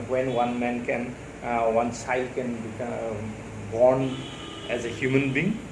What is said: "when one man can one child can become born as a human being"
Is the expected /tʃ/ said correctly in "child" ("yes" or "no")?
no